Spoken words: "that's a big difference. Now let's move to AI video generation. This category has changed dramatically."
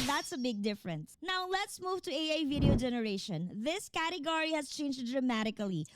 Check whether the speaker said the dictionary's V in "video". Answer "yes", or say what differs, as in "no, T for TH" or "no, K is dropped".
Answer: yes